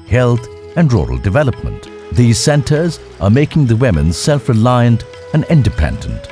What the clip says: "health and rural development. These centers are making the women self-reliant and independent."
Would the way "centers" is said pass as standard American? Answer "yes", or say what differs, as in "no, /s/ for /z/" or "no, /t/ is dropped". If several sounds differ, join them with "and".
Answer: yes